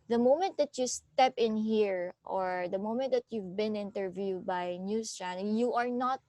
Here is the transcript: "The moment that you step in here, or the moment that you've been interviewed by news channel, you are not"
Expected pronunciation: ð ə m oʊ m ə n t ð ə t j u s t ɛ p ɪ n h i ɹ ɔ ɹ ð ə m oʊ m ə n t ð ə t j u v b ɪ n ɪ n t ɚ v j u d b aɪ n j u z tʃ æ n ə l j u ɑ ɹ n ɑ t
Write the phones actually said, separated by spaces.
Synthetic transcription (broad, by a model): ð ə m oʊ m ə n t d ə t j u s t ɛ p ɪ n h i ɹ ɔ ɹ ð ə m oʊ m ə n t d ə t j u v b ɪ n ɪ n t ɚ v j u d b aɪ n j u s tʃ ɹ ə n j u ɑ ɹ n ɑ t